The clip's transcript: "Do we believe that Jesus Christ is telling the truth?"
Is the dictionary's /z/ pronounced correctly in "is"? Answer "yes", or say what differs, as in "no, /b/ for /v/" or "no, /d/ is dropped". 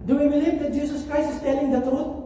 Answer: no, /s/ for /z/